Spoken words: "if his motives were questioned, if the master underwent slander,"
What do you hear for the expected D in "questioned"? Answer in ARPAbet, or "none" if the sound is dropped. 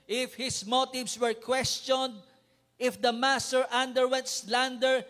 D